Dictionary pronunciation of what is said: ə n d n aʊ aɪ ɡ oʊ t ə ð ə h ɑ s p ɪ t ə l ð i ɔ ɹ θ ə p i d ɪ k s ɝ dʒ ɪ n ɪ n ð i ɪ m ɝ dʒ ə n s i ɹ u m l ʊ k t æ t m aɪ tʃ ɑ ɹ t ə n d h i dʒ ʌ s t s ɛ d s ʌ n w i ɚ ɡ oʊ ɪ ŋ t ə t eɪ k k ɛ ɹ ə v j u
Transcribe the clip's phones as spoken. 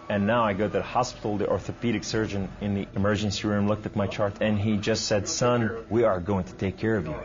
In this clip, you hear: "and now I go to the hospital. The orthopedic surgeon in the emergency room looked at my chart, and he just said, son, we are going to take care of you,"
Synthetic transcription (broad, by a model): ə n n aʊ aɪ ɡ oʊ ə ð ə h ɑ s p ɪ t l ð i ɔ ɹ θ ə p i d ɪ k s ɝ dʒ ɪ n ɪ n ð i ɪ m ɝ dʒ ə n s i ɹ u m l ʊ k t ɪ t m aɪ tʃ ɑ ɹ t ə n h i dʒ ʌ s t s ɛ d s ʌ n w i ɚ ɡ oʊ ɪ ŋ t ə t eɪ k k ɛ ɹ ə v j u